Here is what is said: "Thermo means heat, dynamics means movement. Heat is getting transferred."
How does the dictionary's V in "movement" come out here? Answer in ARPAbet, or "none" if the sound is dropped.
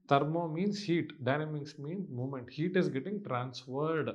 none